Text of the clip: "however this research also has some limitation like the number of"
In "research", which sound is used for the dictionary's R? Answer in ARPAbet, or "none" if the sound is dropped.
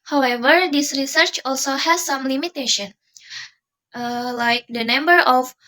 R